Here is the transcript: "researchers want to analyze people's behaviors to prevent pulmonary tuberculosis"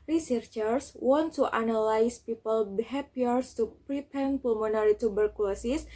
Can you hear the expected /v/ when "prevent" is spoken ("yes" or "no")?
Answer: no